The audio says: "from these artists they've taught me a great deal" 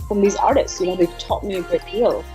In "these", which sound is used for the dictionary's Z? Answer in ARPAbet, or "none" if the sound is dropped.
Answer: Z